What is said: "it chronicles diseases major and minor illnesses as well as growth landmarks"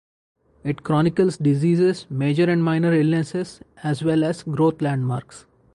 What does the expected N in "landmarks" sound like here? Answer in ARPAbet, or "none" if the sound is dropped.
N